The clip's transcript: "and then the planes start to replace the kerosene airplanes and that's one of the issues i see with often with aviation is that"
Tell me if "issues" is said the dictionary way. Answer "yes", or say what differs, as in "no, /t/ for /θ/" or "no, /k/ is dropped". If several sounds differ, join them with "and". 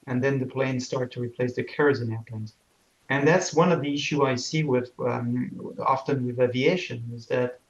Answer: no, /z/ is dropped